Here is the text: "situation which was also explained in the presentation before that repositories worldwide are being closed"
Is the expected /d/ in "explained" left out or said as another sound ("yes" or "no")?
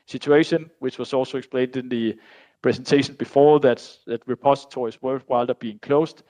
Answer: no